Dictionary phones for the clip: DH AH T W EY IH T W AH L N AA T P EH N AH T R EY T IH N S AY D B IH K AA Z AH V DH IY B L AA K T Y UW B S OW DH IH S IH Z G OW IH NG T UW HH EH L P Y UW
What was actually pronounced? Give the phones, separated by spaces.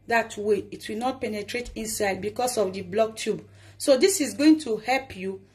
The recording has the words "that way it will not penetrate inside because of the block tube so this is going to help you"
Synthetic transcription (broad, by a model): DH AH T W EY IH T W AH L N AA T P EH N AH T R EY T IH N S AY D B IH K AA S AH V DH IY B L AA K T Y UW B S OW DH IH S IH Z G OW IH NG T UW HH EH L P Y UW